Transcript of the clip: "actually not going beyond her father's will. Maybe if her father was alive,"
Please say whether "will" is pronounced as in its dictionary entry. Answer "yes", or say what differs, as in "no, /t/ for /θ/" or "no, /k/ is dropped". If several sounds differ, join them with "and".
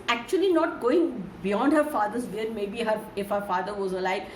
no, /n/ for /l/